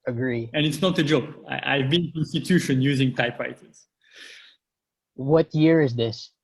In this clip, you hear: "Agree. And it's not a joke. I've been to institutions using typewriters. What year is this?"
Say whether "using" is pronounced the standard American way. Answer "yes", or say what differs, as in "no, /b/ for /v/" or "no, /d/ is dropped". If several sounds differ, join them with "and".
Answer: yes